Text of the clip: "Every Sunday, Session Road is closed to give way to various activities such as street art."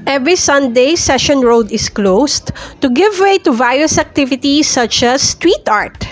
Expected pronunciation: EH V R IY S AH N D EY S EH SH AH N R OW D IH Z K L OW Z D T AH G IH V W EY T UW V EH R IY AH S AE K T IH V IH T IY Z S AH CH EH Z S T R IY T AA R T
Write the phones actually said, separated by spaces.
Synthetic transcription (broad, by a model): EH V R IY S AH N D EY S EH SH AH N R OW D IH S K L OW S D T AH G IH V W EY T UW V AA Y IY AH S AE K T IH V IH T IY S AH CH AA S T W IY T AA R T